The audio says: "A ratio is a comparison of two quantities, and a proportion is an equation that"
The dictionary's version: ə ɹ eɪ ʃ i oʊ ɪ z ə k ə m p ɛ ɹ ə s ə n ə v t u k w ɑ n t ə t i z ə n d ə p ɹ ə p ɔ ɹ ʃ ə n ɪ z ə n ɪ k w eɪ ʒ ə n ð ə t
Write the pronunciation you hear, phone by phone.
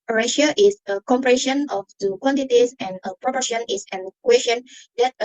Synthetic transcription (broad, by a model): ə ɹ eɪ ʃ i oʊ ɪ s ə k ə m p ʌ ɹ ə ʃ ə n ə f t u k w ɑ n t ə t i s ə n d ə p ɹ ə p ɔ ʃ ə n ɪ s ə n k w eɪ ʃ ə n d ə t